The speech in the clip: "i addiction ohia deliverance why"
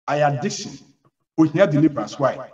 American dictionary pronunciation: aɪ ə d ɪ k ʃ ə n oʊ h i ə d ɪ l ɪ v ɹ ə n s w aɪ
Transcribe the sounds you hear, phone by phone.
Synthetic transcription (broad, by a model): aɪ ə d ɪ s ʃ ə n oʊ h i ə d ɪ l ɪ b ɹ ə s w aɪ